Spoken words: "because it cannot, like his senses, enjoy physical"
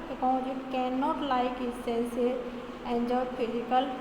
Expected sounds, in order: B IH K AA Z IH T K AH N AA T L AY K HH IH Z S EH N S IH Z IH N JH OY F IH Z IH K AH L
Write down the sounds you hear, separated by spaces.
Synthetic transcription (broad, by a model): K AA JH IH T K AH N AA T L AY K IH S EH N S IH IH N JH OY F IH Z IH K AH L